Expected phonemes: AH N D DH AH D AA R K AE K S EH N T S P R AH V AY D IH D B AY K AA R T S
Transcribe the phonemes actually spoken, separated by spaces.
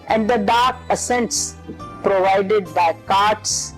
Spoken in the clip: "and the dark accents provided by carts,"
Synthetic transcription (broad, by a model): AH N D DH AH D AA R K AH S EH N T S P R AH V AY D IH D B AY K AA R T S